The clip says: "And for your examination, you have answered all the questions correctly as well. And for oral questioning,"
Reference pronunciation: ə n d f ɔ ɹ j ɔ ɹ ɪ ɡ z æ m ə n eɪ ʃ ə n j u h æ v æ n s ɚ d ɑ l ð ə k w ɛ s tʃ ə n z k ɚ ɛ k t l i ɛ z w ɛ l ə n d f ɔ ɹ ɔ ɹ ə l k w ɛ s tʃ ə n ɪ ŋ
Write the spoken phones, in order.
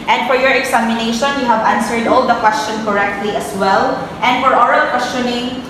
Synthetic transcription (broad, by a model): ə n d f ɔ ɹ j ɔ ɹ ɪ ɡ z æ m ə n eɪ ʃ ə n j u h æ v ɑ n s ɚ d ɑ l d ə k w ɛ s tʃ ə n k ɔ ɛ k t l i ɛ s w ɛ l ə n d f ɔ ɹ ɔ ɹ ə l k w ɛ s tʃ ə n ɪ ŋ